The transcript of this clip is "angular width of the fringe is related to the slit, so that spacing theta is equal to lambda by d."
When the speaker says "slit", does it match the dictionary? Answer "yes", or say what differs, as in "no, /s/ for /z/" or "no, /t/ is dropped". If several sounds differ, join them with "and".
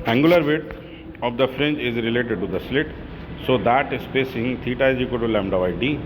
yes